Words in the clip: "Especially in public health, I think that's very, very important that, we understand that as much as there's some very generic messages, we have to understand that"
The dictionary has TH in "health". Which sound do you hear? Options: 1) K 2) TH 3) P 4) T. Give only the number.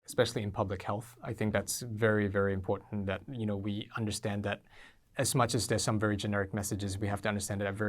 2